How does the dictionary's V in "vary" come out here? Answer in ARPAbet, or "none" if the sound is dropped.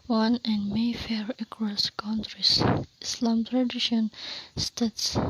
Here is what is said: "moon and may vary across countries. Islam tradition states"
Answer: F